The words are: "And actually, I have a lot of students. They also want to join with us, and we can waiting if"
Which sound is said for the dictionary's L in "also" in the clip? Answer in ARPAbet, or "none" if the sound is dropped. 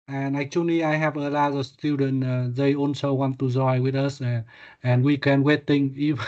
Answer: N